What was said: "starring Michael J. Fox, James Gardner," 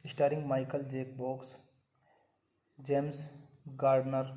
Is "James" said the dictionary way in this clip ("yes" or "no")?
no